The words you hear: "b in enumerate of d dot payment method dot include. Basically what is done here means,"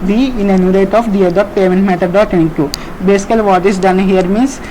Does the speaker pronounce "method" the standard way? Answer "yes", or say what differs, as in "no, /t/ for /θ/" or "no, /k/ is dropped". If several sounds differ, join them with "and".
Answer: no, /t/ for /θ/